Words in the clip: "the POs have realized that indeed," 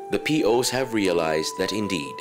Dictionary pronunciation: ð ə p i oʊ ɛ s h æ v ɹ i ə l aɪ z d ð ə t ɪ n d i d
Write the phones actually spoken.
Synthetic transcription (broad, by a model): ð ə p i oʊ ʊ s h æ v ɹ i ə l aɪ z d ð ə t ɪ n d i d